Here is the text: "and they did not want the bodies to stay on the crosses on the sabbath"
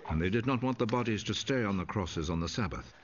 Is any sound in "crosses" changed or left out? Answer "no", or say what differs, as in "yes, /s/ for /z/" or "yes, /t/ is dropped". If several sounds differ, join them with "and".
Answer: no